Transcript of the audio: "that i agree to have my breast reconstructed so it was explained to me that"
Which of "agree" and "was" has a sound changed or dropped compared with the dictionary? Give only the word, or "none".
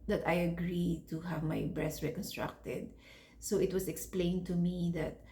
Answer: was